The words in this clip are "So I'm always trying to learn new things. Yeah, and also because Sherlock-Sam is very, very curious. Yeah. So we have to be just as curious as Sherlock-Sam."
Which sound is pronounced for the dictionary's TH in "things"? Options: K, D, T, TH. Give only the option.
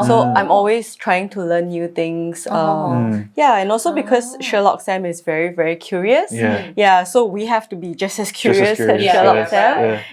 T